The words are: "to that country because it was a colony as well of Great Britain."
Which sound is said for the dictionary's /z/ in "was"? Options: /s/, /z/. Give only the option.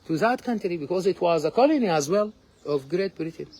/z/